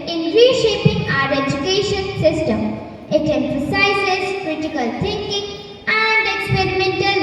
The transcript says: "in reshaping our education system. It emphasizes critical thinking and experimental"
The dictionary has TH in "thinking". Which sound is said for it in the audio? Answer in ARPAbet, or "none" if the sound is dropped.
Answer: T